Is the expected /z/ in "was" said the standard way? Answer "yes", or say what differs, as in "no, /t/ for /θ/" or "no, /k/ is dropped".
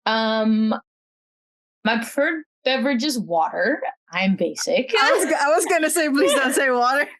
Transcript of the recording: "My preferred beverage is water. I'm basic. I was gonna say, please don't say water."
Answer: yes